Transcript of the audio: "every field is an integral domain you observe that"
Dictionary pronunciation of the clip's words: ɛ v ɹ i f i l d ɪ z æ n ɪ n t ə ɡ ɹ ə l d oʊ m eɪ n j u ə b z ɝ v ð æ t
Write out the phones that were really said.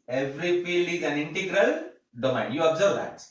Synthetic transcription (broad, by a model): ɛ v ɹ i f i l ɪ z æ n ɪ n t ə ɡ ɹ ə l d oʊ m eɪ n j u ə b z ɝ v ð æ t